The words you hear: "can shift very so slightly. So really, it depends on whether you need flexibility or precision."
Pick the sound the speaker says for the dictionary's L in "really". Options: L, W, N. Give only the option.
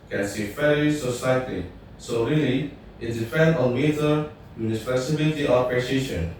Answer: L